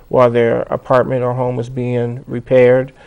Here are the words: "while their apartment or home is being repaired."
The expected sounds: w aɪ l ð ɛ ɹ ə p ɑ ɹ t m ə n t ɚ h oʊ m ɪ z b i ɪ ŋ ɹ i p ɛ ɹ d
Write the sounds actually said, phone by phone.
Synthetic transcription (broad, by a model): w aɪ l ð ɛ ɹ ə p ɑ ɹ t m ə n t ɚ h oʊ m ɪ z b i ɪ ŋ ɹ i p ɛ ɹ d